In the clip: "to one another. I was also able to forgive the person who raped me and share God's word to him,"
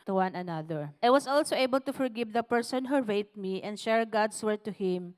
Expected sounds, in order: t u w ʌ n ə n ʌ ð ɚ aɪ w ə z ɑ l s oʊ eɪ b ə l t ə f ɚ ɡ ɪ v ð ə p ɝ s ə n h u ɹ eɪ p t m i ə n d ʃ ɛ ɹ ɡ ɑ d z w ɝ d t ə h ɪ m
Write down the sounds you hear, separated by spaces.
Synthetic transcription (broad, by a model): t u w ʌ n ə n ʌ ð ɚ aɪ w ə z ɑ l s oʊ eɪ b ə l t ə f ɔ ɡ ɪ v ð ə p ɝ s ə n h u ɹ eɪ t m i ə n d ʃ ɛ ɹ ɡ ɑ d s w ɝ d t ə h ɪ m